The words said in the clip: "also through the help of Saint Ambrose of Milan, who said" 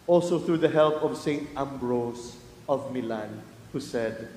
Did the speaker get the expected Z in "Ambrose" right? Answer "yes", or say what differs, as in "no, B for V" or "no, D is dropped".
no, S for Z